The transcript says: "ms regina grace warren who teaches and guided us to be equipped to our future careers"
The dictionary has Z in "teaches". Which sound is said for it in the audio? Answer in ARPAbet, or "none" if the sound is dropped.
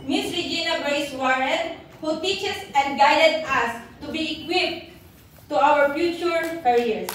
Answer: S